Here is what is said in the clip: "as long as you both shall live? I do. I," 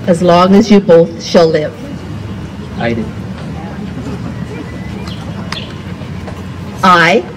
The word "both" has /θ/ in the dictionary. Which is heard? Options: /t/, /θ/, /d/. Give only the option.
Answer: /θ/